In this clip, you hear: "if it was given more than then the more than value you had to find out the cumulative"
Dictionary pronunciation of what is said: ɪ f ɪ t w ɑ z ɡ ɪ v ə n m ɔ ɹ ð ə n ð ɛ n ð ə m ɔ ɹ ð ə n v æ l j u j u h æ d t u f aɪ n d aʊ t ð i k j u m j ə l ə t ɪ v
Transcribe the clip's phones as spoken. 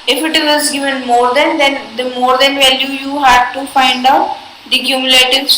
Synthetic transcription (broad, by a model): ɪ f ɪ t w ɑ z ɡ ɪ v ə n m ɔ ɹ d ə n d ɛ n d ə m ɔ ɹ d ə n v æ l j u j u h æ d t u f aɪ n d aʊ t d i k j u m j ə l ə t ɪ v